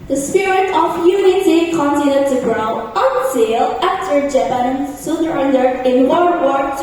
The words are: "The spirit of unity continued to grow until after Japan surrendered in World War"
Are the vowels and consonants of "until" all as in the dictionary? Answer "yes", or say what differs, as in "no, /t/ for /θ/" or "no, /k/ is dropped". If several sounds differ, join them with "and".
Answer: no, /s/ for /t/